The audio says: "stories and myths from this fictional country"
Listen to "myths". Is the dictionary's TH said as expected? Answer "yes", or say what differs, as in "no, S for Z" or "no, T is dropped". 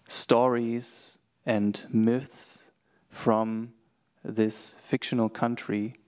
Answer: yes